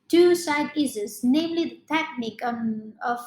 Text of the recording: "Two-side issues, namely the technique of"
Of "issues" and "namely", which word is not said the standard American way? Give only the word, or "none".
issues